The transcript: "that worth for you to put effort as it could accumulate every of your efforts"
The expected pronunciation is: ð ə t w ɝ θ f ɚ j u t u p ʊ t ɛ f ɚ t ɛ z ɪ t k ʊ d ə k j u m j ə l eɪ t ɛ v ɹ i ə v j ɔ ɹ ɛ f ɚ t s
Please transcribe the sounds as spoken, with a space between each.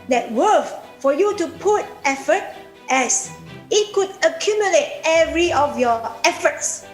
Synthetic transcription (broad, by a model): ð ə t w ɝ f f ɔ j u t u p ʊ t ɛ f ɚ t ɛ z ɪ t k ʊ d ə k j u m j ə l eɪ t ɛ v ɹ i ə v j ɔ ɛ f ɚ t s